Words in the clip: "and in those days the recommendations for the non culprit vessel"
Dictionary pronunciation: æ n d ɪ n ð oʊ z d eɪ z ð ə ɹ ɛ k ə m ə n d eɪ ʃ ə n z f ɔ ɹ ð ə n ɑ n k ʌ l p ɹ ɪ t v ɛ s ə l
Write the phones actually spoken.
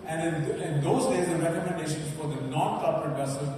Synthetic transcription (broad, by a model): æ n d ɪ n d oʊ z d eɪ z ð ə ɹ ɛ k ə m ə n d eɪ ʃ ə n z f ɔ ɹ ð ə n ɑ n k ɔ p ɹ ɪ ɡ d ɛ s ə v